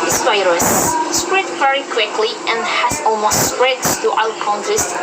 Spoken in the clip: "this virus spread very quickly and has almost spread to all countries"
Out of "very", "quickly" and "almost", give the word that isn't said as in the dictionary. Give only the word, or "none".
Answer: none